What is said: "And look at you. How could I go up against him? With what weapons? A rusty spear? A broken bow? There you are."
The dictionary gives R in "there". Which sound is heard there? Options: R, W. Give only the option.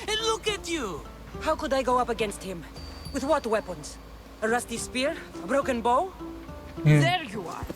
R